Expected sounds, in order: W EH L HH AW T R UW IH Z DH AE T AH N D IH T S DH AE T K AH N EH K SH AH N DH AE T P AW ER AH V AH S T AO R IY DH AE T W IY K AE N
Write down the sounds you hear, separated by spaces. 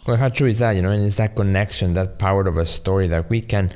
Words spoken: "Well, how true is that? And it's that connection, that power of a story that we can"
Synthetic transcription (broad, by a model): W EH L HH AW T R UW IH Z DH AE T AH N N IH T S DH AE T K AH N EH K SH AH N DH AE T P AW ER AH V AH S T AO R IY DH AE T W IY K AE N